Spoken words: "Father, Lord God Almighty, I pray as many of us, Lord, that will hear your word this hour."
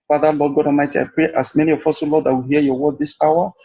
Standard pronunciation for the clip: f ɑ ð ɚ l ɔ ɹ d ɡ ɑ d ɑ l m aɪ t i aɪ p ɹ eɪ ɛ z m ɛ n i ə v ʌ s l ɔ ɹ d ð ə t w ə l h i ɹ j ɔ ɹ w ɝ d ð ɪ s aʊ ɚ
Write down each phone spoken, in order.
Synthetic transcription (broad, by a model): f ɑ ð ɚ l ɔ d ɡ ɑ d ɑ m aɪ t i aɪ p ɹ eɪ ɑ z m ɛ n i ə f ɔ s l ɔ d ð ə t w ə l h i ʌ j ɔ w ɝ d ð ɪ s aʊ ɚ